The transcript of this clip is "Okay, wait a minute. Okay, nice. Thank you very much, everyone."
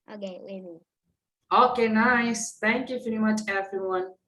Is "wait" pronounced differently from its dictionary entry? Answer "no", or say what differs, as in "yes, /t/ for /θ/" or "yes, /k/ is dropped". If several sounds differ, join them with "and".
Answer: yes, /t/ is dropped